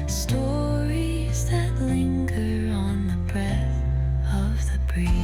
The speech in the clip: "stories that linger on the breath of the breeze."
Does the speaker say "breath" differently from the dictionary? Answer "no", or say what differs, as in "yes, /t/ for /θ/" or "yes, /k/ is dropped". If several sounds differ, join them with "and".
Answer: no